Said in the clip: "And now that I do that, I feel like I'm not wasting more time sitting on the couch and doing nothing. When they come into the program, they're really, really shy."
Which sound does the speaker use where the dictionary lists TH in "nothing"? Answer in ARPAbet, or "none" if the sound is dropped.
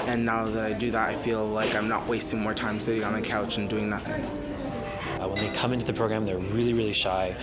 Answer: TH